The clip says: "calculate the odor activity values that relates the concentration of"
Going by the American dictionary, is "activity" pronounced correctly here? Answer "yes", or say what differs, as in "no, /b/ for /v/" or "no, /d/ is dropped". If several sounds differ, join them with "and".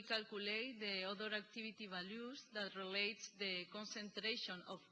no, /b/ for /v/